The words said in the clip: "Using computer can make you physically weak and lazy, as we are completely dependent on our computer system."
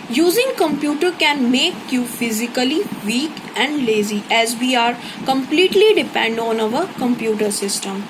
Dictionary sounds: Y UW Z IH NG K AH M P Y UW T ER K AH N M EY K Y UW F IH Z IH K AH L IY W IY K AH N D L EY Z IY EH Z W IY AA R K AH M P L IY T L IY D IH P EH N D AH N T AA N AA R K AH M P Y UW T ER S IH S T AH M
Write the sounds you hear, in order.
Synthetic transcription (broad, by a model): Y UW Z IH NG K AH M P Y UW T ER K AH N M EY K Y UW F IH Z IH K AH L IY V IY K AH N D L EY Z IY EH Z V IY AA R K AH M P L IY T L IY D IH P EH N D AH N AA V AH R K AH M P Y UW T ER S IH S T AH M